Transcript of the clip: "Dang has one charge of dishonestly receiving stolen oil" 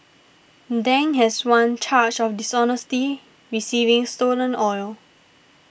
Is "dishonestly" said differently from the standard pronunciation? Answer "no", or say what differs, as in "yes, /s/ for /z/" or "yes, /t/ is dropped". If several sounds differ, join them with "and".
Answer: yes, /l/ is dropped